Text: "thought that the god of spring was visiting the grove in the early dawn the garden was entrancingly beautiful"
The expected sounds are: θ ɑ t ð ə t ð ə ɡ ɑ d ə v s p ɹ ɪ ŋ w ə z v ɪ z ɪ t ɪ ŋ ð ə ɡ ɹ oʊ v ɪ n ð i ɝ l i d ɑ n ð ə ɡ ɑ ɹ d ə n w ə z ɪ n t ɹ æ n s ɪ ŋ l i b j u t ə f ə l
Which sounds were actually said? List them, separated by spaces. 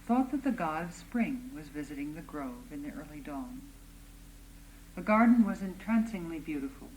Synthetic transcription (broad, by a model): θ ɑ t ð ə t ð ə ɡ ɑ d ə v s p ɹ ɪ ŋ w ə z v ɪ z ɪ t ɪ ŋ ð ə ɡ ɹ oʊ v ɪ n ð i ɝ l i d ɑ n ð ə ɡ ɑ ɹ d n w ə z ɪ n t ɹ æ n s ɪ ŋ l i b j u t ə f l